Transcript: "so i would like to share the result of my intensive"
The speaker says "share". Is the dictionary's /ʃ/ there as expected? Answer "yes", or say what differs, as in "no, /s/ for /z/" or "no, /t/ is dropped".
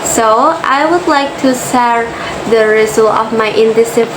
no, /s/ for /ʃ/